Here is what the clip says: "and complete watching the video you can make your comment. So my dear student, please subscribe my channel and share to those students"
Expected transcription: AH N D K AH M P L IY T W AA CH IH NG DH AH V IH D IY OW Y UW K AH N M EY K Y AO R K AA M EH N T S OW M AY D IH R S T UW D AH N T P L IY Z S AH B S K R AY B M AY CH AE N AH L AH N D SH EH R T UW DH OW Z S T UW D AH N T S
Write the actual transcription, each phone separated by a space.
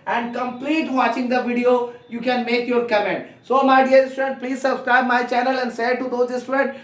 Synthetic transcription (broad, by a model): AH N D K AH M P L IY T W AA CH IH NG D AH V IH D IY OW Y UW K AH N M EY K Y AO R K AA M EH N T S OW M AY D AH R S T UW D AH N T P L IY Z S AH B S K R AY B M AY CH AE N AH L AH N D S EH T UW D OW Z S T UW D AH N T